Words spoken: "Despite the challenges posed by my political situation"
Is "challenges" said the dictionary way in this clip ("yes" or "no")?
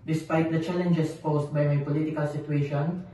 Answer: no